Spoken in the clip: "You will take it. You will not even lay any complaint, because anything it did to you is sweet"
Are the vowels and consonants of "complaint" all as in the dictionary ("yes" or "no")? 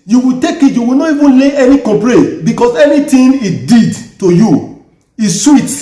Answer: no